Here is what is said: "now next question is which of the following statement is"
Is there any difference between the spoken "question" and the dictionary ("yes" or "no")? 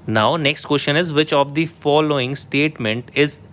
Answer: yes